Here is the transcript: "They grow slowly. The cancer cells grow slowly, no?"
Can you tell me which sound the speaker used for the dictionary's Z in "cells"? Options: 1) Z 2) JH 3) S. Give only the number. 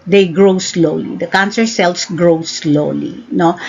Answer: 3